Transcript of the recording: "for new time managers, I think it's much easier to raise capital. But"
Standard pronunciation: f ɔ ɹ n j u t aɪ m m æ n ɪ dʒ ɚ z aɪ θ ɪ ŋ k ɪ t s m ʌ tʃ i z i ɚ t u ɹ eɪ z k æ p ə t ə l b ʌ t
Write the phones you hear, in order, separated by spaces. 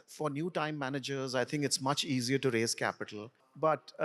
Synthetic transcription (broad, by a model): f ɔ ɹ n j u t aɪ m m æ n ɪ dʒ ɚ z aɪ t ɪ ŋ k ɪ t s m ʌ tʃ i z i ɚ t u ɹ eɪ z k æ p ə t ə l b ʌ t